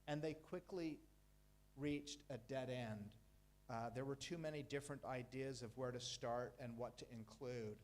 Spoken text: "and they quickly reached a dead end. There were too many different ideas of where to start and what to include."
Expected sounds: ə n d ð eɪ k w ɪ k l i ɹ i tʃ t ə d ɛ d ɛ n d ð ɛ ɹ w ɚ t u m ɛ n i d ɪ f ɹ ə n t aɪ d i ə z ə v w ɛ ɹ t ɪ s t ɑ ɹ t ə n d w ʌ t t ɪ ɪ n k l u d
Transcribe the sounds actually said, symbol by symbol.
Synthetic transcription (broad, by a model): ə n ð eɪ k w ɪ k l i ɹ i tʃ t ə d ɛ d ɛ n d ð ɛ ɹ w ɚ t u m ɛ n i d ɪ f ɹ ə n t aɪ d i ə z ə v w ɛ ɹ t ɪ s t ɑ ɹ t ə n w ʌ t t ɪ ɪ n k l u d